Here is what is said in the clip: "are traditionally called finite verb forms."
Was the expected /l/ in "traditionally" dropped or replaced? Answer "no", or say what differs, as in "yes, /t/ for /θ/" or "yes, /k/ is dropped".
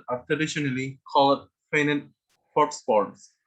no